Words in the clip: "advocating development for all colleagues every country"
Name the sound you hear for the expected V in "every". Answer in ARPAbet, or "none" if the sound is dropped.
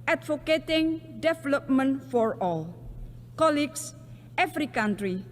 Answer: F